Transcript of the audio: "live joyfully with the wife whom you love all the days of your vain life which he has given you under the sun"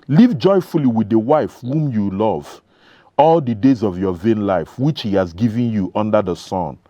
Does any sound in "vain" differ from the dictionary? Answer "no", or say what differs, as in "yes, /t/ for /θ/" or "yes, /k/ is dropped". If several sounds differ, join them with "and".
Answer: no